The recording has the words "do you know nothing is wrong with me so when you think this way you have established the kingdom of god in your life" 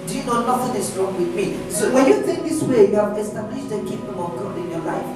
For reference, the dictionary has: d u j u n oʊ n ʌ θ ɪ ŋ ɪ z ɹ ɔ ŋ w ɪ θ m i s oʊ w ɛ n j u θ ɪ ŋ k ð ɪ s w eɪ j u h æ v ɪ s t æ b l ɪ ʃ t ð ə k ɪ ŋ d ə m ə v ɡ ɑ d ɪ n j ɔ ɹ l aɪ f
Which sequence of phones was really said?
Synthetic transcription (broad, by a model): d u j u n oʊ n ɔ f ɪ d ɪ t ɹ ɔ ŋ w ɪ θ m i s oʊ w ɛ n j u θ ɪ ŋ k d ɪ s w eɪ j u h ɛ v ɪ s t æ b l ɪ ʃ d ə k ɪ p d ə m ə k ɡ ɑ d ɪ n j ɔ l aɪ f